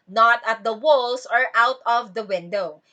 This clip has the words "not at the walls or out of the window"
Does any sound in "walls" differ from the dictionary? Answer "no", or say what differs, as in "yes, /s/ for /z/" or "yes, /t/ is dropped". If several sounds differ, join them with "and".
yes, /s/ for /z/